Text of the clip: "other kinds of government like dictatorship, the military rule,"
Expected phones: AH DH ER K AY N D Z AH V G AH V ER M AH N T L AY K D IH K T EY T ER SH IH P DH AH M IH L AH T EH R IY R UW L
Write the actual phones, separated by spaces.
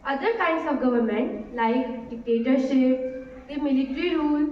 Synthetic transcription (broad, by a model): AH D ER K AY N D S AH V G AH V ER M AH N T L AY K D IH K T EY T ER SH IH P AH M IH L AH T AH R IY R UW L